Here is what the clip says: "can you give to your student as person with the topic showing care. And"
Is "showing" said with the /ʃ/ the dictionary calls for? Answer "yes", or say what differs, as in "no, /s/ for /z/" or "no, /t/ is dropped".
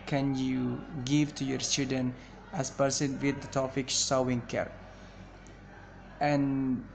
no, /s/ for /ʃ/